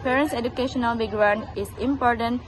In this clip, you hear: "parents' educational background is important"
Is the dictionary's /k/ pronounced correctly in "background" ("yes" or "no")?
no